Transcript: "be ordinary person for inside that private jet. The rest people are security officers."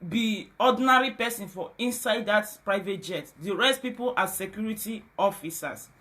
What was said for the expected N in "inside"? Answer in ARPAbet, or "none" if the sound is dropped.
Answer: N